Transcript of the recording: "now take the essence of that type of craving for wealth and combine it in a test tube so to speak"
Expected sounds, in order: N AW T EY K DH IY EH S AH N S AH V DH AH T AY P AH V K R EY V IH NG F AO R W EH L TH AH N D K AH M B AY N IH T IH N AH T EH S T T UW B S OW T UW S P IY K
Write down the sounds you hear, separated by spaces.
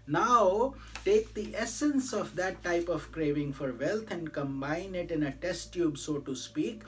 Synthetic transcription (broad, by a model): N AW T EY K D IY EH S AH N S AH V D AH T AY P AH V K R EY V IH NG F AO R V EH L T AH N D K AH M B AY N IH T IH N AH T EH S T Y UW B S OW T UW S P IY K